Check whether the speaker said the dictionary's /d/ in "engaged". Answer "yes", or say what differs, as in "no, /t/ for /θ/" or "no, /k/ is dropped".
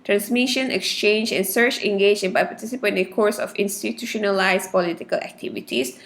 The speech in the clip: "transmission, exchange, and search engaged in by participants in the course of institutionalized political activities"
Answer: no, /d/ is dropped